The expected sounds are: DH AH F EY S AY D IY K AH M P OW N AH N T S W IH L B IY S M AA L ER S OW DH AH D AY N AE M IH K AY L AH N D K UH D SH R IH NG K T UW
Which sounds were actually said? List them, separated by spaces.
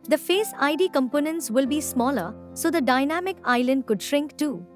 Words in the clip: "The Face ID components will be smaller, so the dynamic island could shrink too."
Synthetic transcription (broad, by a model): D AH F EY S AY D IY K AH M P OW N AH N T S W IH L B IY S M AA L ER S OW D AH D AY N AE M IH K AY L AH N D K UH D SH R IH NG K T UW